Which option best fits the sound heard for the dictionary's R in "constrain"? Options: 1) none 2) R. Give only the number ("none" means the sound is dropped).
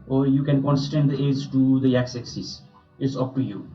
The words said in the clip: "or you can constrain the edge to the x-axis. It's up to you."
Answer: 1